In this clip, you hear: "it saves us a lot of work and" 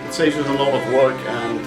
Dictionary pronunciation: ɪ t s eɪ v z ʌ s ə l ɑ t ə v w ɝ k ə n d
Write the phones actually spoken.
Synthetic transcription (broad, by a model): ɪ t s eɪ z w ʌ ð ə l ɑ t ə v w ɝ k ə n